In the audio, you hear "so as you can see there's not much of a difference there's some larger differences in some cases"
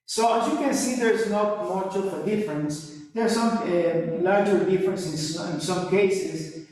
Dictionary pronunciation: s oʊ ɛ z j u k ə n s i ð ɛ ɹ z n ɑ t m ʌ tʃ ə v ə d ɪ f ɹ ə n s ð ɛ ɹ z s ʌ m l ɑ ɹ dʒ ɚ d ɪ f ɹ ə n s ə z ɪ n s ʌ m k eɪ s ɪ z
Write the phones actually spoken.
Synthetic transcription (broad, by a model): s oʊ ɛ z j u k ə n s i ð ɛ ɹ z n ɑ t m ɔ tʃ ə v ə d ɪ f ɹ ə n s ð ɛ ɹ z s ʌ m l ɑ ɹ dʒ ɚ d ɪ f ɹ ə n s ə s ɪ n s ʌ m k eɪ s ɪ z